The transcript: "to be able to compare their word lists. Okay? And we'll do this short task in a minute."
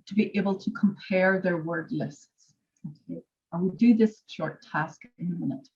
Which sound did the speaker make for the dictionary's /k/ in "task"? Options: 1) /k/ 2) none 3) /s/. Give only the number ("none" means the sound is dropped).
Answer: 1